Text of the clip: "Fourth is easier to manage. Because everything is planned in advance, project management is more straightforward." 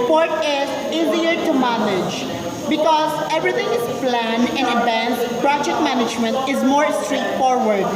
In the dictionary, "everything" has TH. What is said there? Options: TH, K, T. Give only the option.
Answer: T